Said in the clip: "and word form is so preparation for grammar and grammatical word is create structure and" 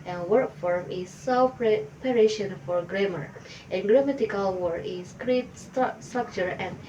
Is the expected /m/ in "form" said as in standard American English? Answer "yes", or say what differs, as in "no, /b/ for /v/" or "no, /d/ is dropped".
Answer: yes